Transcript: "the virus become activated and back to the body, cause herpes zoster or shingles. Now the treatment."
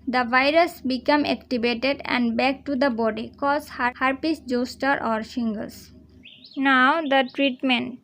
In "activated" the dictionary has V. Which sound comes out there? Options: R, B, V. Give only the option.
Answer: B